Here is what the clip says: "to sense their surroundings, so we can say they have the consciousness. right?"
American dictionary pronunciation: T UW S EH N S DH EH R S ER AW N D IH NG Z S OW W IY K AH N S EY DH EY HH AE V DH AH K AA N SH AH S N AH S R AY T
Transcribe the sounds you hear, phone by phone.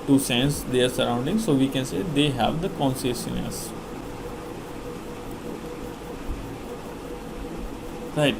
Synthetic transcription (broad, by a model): T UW S EH N S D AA R S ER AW N D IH NG S OW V IY K AH N S EY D EY HH AE V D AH K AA N S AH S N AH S R AY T